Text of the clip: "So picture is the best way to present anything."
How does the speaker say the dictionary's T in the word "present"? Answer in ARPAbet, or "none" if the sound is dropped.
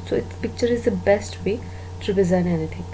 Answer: none